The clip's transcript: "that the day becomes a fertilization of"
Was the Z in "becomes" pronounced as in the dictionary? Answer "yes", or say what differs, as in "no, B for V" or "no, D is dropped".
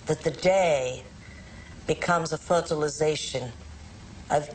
yes